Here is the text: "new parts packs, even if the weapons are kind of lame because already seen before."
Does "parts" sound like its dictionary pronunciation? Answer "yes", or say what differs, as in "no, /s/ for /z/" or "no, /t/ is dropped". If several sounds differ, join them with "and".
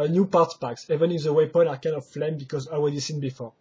no, /s/ is dropped